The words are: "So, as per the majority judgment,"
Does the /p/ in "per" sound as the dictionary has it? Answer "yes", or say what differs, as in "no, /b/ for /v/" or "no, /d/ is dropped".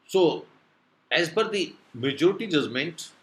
no, /b/ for /p/